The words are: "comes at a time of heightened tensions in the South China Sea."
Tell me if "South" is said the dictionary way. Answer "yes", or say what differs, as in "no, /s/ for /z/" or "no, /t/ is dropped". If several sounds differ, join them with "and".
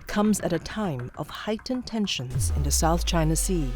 yes